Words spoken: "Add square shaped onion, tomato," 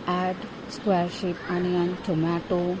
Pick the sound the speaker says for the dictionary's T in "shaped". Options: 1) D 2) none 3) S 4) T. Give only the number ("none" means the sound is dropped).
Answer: 2